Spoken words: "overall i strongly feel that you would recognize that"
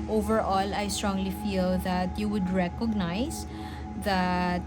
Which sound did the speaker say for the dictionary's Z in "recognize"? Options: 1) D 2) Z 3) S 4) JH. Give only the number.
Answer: 3